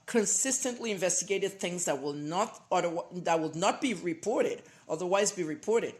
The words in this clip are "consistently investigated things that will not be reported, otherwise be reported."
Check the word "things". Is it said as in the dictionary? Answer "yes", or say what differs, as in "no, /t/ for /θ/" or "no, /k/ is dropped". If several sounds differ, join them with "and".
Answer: yes